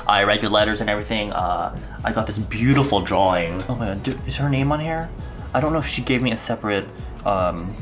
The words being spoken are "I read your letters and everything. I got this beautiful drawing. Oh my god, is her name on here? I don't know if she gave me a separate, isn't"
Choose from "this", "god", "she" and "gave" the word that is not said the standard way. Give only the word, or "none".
god